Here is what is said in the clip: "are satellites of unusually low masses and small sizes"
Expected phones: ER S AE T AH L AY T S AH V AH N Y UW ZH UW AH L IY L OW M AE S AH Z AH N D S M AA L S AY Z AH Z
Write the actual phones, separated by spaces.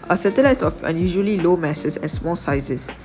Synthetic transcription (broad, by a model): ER S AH T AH L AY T AH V AH N Y UW ZH UW AH L IY L OW M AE S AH S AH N S M AA L S AY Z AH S